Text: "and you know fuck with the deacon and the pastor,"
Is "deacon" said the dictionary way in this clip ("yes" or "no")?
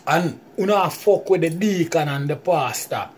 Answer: yes